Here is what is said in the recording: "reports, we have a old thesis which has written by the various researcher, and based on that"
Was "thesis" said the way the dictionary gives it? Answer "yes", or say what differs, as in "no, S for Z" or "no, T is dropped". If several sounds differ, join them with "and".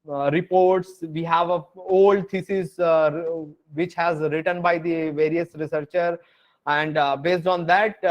no, T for TH